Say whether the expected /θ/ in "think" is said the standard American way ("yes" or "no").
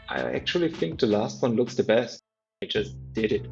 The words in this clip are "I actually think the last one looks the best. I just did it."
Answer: yes